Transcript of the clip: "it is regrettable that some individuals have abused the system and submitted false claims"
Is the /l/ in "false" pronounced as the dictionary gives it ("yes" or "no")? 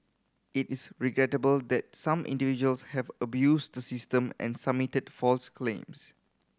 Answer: yes